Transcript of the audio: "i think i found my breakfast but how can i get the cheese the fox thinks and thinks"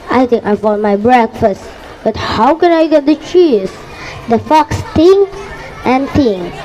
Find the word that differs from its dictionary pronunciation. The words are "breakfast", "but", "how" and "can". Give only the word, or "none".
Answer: none